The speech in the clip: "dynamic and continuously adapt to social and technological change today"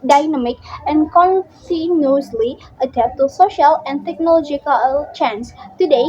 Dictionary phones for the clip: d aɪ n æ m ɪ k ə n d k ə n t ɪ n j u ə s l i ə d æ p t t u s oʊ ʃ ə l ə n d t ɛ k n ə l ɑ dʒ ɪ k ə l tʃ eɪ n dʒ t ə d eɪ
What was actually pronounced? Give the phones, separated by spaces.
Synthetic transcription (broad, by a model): d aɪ n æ m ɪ k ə n k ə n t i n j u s l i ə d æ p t t u s oʊ ʃ ə l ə n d t ɛ k n ə l ɑ dʒ ɪ k ə l tʃ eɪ n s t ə d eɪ